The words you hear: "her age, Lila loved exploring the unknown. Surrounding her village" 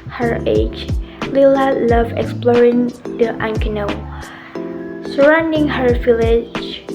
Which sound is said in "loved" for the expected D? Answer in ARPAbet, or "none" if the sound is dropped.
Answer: none